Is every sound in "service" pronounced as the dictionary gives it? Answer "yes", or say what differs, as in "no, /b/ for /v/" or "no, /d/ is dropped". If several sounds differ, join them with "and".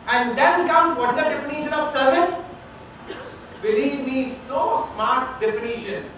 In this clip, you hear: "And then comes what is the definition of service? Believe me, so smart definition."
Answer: yes